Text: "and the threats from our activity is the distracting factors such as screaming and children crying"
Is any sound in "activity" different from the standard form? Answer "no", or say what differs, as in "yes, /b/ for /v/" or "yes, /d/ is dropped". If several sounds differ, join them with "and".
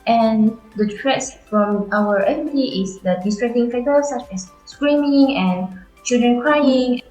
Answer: yes, /k/ is dropped